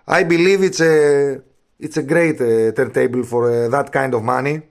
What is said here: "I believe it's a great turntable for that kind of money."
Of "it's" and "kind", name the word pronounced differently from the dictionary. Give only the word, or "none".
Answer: none